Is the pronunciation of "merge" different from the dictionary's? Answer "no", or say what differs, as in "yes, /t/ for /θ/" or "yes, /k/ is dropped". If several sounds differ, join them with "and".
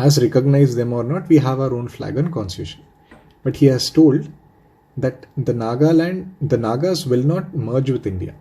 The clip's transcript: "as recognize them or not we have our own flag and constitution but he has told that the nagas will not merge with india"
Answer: no